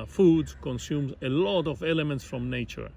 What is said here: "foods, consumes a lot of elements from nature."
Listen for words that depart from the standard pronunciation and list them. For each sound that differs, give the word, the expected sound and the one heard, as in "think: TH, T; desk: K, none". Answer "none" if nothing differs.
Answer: none